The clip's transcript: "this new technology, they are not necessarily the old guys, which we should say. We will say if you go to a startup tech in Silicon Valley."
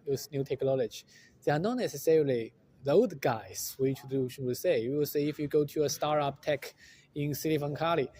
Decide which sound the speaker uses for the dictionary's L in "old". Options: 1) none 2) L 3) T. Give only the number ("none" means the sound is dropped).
1